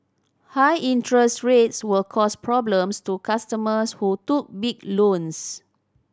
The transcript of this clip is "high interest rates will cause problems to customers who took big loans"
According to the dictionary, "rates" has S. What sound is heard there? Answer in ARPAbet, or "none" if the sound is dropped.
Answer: S